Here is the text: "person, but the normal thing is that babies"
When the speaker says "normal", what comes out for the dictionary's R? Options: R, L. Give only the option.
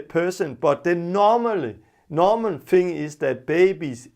L